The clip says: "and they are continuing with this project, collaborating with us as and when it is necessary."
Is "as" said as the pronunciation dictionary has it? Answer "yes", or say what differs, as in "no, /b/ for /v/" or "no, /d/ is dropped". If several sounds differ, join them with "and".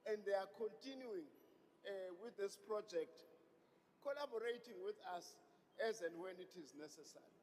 yes